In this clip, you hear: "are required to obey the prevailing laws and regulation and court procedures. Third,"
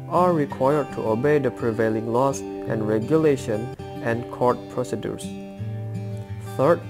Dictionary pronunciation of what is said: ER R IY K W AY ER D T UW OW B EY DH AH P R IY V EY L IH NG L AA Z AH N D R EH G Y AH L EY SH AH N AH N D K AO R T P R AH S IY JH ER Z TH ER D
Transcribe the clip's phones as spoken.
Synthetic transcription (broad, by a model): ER R IY K W AY ER D T UW OW B EY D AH P R IY V EY L IH NG L AA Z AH N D R EH G Y AH L EY SH AH N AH N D K AO R T P R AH S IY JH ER S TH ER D